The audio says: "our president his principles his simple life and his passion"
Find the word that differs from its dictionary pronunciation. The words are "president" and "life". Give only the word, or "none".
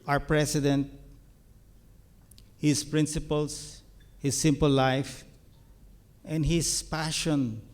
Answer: president